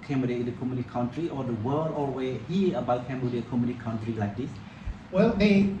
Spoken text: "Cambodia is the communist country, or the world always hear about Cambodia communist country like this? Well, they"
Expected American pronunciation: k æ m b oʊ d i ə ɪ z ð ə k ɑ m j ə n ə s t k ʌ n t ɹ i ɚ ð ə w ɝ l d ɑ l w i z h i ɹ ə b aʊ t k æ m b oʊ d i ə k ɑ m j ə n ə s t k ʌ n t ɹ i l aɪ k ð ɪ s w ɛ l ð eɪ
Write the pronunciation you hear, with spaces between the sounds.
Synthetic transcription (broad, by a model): k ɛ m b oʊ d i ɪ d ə k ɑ m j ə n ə t k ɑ n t ɹ i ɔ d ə w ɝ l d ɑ w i h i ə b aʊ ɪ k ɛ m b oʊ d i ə k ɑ m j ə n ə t k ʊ n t ɹ i l aɪ k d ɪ s w ɛ l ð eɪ